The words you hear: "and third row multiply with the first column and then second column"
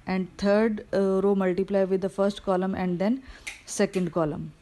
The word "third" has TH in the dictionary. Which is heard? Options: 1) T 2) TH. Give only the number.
1